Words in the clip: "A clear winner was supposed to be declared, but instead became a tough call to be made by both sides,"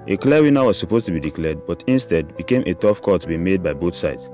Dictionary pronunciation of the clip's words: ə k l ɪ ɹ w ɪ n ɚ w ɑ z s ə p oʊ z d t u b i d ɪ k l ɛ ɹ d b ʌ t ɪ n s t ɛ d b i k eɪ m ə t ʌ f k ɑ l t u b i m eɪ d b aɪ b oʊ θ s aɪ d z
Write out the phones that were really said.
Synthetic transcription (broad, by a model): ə k l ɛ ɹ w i n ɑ w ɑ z s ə p oʊ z t u b i d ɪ k l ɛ d b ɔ t ɪ n s t ɛ d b i k eɪ m ə t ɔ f k ɑ t u b i m eɪ d b aɪ b oʊ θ s aɪ d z